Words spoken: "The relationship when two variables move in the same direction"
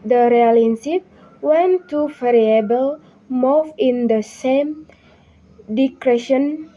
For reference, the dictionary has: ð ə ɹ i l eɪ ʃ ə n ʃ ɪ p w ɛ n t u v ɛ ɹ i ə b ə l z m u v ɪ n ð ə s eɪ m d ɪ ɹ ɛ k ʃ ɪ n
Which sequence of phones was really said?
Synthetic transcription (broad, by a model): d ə ɹ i ɑ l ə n s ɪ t w ɛ n t u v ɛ ɹ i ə b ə l m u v ɪ n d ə s eɪ m d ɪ ɹ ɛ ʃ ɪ n